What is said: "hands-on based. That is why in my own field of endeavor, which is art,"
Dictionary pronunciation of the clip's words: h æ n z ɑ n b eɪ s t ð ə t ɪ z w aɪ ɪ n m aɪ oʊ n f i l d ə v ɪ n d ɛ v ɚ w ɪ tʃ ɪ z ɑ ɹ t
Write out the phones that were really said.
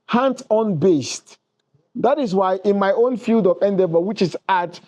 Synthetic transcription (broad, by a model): h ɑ n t ɑ n b eɪ s t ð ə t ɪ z w aɪ ɪ n m aɪ oʊ n f i l d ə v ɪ n d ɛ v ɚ w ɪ tʃ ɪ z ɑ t